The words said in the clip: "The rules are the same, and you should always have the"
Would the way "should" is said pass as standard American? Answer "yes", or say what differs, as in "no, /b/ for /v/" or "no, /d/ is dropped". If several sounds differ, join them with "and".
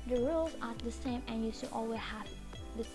no, /s/ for /ʃ/